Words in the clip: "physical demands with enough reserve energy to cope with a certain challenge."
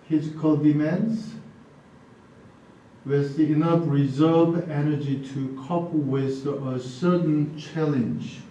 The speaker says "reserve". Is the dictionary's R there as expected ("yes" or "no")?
yes